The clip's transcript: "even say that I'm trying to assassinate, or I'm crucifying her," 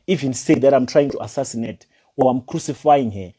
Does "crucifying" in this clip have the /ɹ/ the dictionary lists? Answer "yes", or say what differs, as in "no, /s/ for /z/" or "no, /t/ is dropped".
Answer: yes